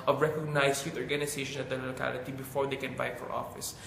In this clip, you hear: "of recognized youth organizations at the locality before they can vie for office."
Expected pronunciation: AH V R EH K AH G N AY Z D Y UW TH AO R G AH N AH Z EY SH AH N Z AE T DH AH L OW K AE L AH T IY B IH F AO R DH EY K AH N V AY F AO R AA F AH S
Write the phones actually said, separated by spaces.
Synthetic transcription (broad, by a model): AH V R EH K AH G N AY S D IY T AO R G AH N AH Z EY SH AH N AH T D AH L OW K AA L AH T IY B IH F AO R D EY K AH N B AY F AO R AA F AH S